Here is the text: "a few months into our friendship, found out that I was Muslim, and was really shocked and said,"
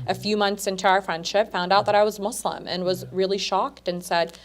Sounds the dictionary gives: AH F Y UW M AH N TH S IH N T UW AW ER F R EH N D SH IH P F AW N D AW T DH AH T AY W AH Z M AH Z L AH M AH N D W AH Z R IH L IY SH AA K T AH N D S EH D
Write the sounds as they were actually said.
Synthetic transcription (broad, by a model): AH F Y UW M AH N TH S IH N T UW AW ER F R EH N D SH IH P F AW N D AW T DH AH T AY W AH Z M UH S L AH M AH N W AH Z R IH L IY SH AA K T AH N S EH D